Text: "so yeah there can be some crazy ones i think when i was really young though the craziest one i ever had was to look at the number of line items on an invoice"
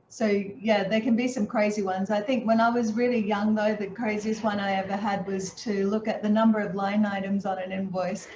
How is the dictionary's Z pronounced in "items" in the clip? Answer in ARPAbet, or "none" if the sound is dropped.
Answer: Z